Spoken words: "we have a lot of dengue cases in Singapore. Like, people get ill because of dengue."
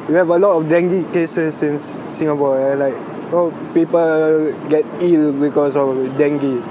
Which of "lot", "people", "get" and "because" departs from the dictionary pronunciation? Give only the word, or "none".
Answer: because